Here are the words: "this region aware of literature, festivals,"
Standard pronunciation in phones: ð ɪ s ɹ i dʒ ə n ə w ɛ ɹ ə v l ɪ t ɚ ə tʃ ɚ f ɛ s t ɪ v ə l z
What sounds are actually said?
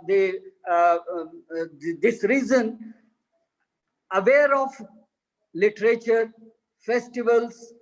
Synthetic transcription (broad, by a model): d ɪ s ɹ i z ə n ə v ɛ ɹ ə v l ɪ t ɚ ə tʃ ɚ f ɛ s t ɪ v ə l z